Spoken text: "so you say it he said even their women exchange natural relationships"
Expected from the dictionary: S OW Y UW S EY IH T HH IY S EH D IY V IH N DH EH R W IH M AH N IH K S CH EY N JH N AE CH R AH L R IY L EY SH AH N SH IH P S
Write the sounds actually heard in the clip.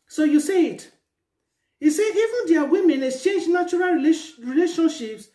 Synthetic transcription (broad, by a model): S OW Y UW S EY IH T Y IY S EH IY V IH N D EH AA W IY M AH N IH K S CH EY N JH N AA CH R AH L R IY L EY SH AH N SH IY P S